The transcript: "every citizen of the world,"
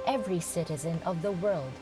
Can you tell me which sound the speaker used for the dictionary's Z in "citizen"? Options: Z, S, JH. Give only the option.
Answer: Z